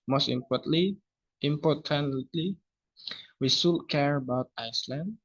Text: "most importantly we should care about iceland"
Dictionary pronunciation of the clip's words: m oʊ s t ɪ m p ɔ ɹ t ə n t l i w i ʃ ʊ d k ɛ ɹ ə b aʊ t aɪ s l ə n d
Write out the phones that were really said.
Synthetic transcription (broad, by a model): m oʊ s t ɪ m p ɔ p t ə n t l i w i s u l k ɛ ɹ ə b aʊ t aɪ s l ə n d